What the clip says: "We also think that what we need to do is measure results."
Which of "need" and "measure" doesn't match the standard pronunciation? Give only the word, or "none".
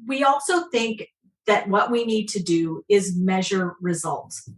none